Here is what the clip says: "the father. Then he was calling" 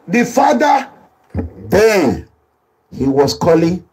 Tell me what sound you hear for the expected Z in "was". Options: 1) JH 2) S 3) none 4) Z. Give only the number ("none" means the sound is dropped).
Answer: 2